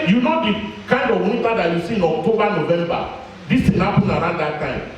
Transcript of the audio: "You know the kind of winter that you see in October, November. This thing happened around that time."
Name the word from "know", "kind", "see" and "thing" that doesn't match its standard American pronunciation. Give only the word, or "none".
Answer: thing